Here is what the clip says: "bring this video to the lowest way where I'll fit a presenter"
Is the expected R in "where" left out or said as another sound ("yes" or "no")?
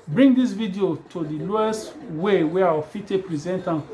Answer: yes